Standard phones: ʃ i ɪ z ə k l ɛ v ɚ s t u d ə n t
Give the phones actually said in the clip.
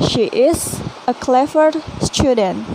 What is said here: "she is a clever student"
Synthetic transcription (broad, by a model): ʃ i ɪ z ə k l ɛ f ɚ s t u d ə n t